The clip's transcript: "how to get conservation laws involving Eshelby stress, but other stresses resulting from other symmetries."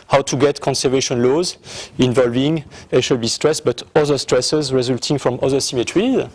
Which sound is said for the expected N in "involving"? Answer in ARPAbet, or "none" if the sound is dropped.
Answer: N